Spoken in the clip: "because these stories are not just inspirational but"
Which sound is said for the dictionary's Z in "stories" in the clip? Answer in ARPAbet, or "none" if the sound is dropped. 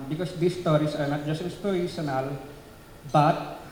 S